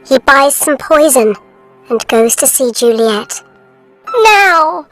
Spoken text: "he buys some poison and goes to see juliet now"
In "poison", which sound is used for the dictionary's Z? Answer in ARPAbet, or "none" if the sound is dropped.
Z